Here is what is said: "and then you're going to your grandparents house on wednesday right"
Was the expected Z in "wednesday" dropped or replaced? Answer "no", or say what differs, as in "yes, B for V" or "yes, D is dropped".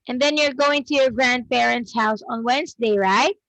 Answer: no